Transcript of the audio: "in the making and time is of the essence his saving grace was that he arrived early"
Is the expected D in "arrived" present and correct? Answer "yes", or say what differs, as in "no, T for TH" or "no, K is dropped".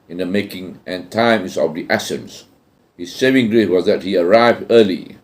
yes